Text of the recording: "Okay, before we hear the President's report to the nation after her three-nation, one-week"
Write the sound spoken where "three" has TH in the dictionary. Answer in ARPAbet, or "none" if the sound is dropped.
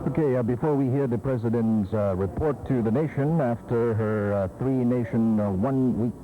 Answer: TH